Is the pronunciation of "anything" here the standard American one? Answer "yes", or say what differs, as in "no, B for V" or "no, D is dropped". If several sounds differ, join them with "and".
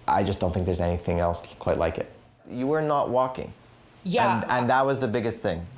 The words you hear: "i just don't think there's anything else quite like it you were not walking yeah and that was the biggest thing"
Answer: yes